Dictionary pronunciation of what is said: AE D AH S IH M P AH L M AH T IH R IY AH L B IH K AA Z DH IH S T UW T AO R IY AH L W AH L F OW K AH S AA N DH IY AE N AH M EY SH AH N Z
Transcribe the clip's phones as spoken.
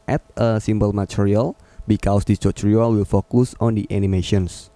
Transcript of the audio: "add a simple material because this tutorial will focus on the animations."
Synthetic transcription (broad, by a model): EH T AH S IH M B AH L M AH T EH R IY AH L B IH K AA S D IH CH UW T R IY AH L W AH L F OW K AH S AA N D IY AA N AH M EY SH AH N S